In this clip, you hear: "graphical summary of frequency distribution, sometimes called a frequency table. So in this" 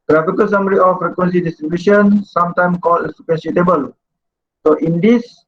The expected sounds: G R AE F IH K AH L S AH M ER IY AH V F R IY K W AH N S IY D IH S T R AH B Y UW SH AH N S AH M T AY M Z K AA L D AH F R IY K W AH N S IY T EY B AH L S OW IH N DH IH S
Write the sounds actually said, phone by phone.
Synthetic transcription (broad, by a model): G R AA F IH K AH L S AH M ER IY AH F R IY K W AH N S IY D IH S T R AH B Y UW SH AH N S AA M T AY M K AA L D AH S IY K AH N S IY T EY B AH L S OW IH N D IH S